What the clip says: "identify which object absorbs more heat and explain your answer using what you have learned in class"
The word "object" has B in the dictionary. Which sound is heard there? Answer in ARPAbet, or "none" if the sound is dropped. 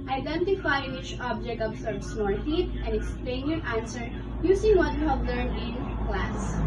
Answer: B